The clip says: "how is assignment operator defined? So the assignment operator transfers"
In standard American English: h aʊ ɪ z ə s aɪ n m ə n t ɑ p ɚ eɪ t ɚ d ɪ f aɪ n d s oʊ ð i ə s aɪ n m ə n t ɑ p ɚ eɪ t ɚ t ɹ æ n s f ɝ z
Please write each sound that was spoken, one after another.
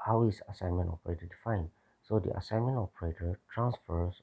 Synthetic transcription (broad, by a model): h aʊ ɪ s ə s aɪ n m ə n t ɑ p ɚ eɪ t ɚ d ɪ f aɪ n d s oʊ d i ə s aɪ n m ə n t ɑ p ɚ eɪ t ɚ t ɹ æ n s f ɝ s